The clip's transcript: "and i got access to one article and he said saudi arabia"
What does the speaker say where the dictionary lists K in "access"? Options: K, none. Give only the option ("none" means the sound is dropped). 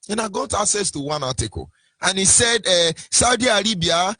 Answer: none